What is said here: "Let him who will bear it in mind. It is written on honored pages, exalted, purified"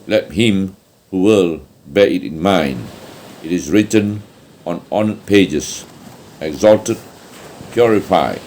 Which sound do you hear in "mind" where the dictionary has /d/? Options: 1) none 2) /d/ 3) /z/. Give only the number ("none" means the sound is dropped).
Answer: 2